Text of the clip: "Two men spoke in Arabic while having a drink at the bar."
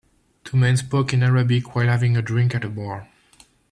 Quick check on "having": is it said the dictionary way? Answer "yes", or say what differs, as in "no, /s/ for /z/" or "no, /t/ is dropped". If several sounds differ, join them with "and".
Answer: yes